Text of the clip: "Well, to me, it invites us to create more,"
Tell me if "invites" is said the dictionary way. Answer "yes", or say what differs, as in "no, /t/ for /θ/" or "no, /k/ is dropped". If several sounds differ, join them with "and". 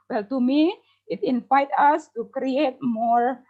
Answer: no, /s/ is dropped